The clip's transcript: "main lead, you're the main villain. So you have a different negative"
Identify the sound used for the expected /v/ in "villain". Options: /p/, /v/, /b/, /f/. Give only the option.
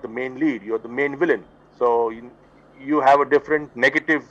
/v/